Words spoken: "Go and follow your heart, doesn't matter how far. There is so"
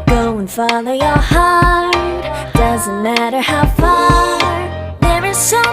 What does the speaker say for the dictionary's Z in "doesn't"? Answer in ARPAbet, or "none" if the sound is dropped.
Z